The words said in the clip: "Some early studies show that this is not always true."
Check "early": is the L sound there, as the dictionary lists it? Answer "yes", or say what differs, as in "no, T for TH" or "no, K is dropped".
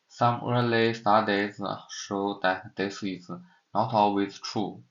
yes